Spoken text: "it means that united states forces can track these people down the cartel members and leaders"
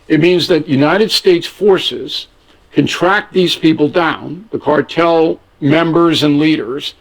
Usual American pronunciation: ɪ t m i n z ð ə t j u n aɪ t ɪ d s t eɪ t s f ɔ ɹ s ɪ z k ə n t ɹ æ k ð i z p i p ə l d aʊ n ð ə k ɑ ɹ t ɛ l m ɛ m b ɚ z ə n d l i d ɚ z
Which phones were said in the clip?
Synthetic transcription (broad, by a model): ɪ t m i n z ð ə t j u n aɪ t ɪ d s t eɪ t s f ɔ ɹ s ɪ z k ə n t ɹ æ k ð i z p i p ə l d aʊ n ð ə k ɑ ɹ t ɛ l m ɛ m b ɚ z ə n l i d ɚ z